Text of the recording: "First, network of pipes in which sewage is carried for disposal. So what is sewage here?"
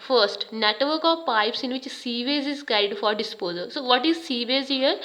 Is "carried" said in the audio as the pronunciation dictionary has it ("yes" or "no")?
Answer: no